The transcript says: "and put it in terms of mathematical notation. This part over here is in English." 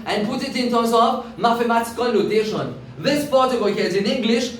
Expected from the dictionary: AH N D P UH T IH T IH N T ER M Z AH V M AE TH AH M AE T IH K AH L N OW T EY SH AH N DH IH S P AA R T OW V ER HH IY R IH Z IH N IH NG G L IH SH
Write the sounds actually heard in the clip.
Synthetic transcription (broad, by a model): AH N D P UH T IH T IH N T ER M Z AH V M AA F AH M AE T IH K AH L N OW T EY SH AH N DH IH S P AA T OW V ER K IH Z IH N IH NG G L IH SH